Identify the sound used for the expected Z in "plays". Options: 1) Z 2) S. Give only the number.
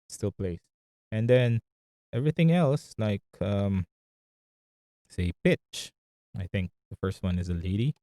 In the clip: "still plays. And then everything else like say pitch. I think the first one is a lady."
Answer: 2